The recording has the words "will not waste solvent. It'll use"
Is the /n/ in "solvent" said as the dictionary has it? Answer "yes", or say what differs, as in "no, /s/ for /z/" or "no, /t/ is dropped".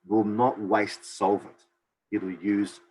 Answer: no, /n/ is dropped